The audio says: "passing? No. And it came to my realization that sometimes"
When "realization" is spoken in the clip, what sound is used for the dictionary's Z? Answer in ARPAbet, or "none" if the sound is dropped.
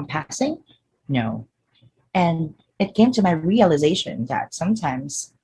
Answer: Z